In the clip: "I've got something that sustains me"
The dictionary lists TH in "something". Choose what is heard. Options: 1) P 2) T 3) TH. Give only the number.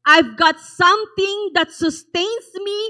2